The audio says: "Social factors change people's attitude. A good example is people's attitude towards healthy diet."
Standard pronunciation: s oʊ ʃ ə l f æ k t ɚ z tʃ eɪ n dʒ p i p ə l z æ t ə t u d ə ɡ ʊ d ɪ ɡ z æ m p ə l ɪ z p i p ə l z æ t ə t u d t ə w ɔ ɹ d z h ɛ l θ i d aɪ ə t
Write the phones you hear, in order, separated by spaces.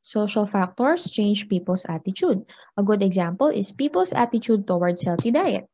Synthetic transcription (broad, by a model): s oʊ ʃ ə l f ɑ k t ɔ s tʃ eɪ n dʒ p i p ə l s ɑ t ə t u d ə ɡ ʊ d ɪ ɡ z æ m p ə l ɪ s p i p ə l s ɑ t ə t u d t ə w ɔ ɹ d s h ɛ l f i d aɪ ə t